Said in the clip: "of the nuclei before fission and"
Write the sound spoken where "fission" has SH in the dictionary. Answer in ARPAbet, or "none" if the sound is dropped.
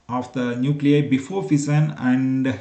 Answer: S